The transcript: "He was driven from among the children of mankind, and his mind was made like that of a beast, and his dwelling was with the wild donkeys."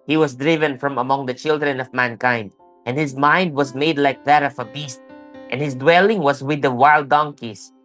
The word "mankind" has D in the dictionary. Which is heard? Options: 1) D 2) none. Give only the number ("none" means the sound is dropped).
1